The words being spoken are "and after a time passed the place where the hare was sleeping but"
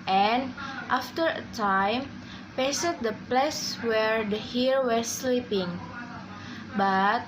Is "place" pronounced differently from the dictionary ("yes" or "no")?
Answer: no